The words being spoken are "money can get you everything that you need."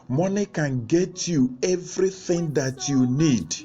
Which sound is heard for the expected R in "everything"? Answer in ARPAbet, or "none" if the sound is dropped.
R